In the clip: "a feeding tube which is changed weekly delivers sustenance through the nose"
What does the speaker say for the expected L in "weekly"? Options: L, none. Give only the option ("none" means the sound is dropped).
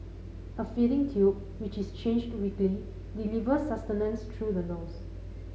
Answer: L